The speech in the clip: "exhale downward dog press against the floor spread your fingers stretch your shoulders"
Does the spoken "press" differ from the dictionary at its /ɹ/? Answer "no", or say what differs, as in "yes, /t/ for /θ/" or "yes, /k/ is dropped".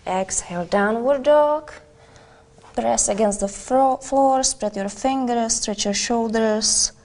no